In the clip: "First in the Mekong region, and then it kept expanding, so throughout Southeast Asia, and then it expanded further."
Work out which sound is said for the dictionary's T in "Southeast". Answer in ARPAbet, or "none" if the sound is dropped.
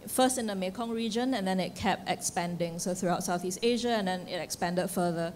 T